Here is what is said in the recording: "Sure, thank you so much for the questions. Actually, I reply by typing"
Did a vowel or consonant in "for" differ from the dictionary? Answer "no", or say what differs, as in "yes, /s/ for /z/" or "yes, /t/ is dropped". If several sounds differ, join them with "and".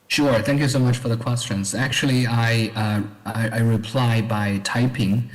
no